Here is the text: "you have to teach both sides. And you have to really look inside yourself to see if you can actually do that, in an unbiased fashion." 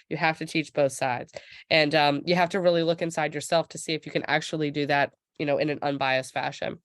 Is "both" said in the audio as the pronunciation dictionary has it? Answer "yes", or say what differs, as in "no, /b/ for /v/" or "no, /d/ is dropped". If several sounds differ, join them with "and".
yes